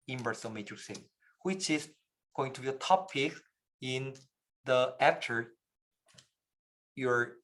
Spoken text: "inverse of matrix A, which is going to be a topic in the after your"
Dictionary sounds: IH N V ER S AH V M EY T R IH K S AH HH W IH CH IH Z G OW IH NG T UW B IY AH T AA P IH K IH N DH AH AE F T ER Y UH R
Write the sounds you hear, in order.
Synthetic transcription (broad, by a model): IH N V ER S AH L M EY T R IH S AH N W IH CH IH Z G OW IH NG T UW B IY AH T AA P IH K IH N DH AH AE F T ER Y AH R